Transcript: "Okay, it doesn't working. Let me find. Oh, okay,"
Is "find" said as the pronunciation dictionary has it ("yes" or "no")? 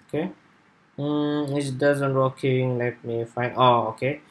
no